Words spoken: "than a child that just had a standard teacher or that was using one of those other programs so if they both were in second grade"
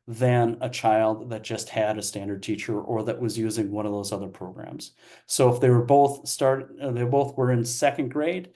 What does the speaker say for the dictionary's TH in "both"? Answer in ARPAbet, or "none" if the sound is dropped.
TH